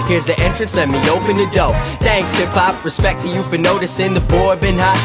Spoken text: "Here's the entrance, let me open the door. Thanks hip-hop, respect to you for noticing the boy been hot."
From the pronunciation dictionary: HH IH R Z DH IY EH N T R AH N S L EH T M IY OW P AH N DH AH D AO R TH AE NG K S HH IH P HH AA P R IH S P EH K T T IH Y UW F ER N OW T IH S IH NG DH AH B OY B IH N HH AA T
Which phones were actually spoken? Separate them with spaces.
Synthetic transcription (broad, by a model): HH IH R Z DH IY EH N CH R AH N S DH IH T M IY OW P AH N DH AH D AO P TH AE NG K S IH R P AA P R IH S P EH K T T IH Y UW F ER N OW T IH S IH NG DH AH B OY B IH N HH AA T